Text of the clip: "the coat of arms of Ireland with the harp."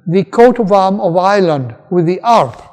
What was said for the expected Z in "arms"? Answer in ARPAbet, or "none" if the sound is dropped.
none